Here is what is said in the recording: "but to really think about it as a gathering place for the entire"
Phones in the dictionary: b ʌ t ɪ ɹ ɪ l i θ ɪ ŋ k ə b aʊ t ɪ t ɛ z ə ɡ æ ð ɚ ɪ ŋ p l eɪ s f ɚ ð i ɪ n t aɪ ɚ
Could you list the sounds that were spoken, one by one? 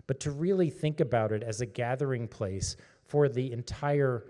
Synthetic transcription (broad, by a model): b ʌ t ɪ ɹ ɪ l i θ ɪ ŋ k ə b aʊ t ɪ t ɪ z ə ɡ æ ð ɚ ɪ ŋ p l eɪ s f ɚ ð i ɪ n t aɪ ɚ